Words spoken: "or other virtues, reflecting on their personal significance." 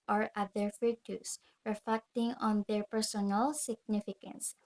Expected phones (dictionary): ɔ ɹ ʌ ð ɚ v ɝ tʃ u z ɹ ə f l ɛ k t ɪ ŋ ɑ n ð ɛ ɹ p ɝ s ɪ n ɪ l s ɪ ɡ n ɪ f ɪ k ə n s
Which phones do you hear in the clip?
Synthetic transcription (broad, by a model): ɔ ɹ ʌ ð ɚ f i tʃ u s ɹ ə f l ɛ k t ɪ ŋ ɑ n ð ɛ ɹ p ɝ s ɪ n ɪ l s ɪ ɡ n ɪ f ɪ k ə n s